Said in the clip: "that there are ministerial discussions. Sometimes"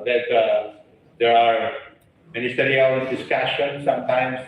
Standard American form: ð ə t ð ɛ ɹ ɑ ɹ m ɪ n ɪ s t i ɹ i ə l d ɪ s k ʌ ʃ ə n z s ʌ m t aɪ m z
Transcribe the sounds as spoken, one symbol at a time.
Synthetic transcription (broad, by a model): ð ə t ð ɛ ɹ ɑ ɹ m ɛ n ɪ s t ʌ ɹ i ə n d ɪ s k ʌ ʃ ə n s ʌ m t aɪ m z